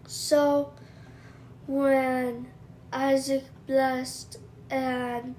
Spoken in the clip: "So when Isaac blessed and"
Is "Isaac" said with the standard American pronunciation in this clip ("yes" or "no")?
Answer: yes